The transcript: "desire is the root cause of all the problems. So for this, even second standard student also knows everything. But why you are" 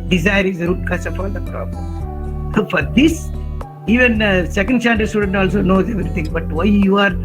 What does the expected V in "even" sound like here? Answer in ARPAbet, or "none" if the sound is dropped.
V